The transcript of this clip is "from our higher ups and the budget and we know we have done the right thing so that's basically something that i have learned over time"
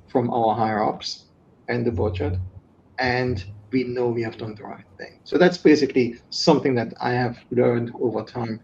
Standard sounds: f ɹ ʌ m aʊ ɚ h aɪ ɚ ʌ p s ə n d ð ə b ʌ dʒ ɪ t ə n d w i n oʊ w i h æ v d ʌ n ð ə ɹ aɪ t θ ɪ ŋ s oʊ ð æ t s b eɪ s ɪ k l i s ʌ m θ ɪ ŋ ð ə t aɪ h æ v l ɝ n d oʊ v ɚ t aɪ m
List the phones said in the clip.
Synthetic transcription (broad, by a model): f ɹ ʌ m aʊ ɚ h aɪ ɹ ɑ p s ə n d ð ə b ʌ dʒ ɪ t ə n d w i n oʊ w i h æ v d ʌ n ð ə ɹ aɪ t θ ɪ ŋ s oʊ ð æ t s b eɪ s ɪ k l i s ʌ m θ ɪ ŋ ð ə t aɪ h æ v l ɝ n d oʊ v ɚ t aɪ m